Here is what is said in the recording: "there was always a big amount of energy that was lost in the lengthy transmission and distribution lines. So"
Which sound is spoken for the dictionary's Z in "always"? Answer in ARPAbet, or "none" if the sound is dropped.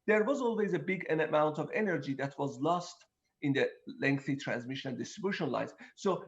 Z